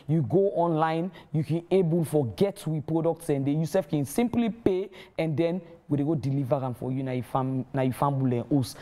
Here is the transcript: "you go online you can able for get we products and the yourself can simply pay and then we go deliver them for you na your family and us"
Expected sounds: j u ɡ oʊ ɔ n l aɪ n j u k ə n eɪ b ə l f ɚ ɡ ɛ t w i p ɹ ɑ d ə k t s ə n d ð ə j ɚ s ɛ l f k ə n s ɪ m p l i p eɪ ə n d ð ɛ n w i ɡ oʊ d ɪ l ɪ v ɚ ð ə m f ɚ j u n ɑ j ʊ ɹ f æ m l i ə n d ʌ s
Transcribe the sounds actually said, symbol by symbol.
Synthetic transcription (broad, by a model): j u ɡ oʊ ɔ n l aɪ n j u k ə n eɪ b ə l f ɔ ɡ ɛ t w i p ɹ ɑ d ə k t s ə n d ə j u s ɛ f k ə n s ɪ m p l i p eɪ ə n d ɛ n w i ɡ oʊ d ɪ l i v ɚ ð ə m f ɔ j u n ɑ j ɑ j f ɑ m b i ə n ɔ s